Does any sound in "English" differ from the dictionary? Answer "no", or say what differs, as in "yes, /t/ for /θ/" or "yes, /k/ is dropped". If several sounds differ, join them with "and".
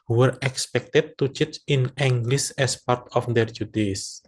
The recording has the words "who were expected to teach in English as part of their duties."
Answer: yes, /s/ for /ʃ/